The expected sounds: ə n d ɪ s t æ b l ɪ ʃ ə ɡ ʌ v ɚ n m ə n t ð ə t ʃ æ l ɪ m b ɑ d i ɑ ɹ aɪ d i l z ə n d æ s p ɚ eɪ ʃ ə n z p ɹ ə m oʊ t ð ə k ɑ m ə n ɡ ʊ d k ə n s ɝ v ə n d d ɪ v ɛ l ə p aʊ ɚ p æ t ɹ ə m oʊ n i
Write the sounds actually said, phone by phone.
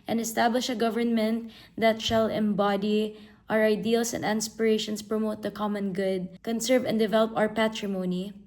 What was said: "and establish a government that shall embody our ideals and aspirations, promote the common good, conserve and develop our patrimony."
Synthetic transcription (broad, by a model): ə n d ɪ s t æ b l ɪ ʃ ə ɡ ʌ v ɚ n m ə n t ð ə t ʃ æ l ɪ m b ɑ d i ɑ ɹ aɪ d i l s ə n d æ s p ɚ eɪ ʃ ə n s p ɹ ə m oʊ t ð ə k ɑ m ə n ɡ ʊ d k ə n s ɝ v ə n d d ɪ v ɛ l ə p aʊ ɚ p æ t ɹ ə m oʊ n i